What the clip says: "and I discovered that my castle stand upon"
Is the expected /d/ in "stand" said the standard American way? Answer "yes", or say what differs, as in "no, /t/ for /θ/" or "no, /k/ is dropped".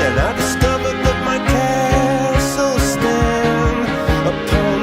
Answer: no, /d/ is dropped